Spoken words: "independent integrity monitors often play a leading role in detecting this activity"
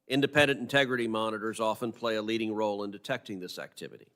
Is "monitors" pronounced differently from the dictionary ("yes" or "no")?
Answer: no